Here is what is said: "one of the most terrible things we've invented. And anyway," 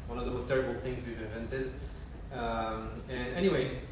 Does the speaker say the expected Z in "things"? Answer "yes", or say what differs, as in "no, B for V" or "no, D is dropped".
yes